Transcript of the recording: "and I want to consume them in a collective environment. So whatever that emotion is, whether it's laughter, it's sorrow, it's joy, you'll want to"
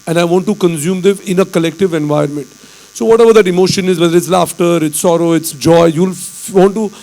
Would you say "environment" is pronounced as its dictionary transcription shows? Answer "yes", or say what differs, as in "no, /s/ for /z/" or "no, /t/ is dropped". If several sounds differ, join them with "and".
no, /ɹ/ is dropped